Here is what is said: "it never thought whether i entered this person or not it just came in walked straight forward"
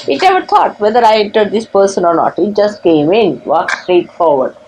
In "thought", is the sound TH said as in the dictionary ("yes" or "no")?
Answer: no